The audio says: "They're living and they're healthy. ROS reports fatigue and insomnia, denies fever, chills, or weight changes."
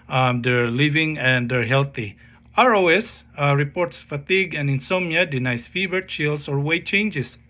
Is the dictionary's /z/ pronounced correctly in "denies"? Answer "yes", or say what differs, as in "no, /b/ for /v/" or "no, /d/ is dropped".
no, /s/ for /z/